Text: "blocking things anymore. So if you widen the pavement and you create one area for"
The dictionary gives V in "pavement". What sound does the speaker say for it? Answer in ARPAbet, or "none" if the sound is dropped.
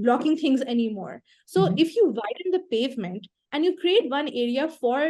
V